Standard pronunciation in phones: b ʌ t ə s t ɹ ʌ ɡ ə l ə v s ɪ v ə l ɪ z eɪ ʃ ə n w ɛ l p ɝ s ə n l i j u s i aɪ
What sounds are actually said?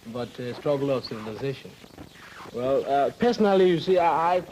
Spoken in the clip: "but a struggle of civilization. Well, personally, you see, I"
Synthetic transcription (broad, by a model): b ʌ t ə s t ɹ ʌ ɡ l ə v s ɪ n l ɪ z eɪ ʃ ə n w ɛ l p ɝ s ə n l i j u s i aɪ